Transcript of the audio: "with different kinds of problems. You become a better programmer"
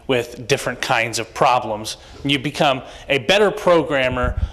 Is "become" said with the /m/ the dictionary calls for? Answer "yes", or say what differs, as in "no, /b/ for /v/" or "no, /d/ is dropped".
yes